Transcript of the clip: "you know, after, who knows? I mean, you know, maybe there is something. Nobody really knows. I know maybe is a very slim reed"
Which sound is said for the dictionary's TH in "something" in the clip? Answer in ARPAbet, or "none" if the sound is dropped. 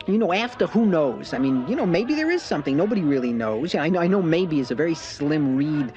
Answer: TH